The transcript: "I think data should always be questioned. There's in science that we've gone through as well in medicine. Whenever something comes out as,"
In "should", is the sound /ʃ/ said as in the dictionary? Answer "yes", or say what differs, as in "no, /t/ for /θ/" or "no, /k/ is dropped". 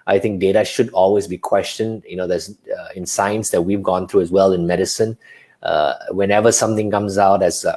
yes